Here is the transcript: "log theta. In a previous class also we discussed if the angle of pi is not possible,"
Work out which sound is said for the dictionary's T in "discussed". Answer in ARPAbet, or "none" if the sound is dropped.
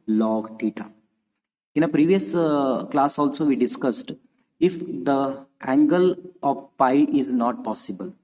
T